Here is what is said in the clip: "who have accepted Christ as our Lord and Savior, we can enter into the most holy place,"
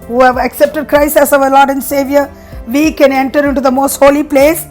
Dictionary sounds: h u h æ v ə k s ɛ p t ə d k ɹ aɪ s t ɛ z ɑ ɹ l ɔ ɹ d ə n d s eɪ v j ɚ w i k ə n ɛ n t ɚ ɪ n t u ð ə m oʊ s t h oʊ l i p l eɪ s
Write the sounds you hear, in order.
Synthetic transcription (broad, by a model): h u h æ v ə k s ɛ p t ə d k ɹ aɪ s ɛ s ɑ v l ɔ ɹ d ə n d s eɪ v j ɚ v i k ə n ɛ n t ɚ ɪ n t u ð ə m oʊ s t h oʊ l i p l eɪ s